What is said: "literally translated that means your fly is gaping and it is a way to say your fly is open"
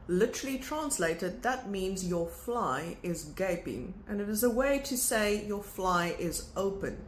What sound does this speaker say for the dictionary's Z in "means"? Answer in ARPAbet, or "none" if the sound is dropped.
Z